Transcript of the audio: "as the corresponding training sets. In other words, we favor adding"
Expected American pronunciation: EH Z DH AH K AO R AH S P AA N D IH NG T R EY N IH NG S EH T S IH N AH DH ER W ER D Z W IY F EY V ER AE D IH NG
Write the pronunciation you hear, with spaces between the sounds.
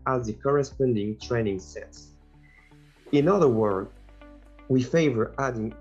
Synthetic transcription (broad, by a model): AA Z DH AH K AO R AH S P AA N D IH NG T R EY N IH NG S EH T S IH N AH DH ER W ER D W IY F EY V ER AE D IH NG